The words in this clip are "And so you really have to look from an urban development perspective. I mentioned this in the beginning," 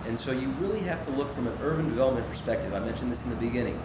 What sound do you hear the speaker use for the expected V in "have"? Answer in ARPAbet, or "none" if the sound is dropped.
F